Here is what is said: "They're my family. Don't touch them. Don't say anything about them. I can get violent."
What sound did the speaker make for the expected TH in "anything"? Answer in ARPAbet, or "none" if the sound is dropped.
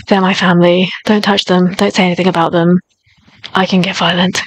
TH